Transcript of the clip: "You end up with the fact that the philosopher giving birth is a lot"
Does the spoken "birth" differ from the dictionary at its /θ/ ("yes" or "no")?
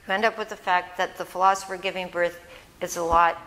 no